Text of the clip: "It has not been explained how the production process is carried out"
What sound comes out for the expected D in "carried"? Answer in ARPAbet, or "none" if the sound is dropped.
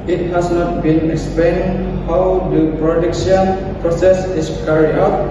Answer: none